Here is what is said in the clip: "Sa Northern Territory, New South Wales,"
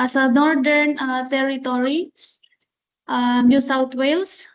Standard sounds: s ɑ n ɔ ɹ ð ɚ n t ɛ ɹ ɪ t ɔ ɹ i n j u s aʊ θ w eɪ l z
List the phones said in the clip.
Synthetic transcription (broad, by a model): s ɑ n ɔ ɹ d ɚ n t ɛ ɹ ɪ t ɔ ɹ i n j u s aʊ t w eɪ l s